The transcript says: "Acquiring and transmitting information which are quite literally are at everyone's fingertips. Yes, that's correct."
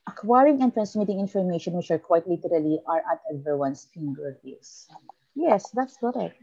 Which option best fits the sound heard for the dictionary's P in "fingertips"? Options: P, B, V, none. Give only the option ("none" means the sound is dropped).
none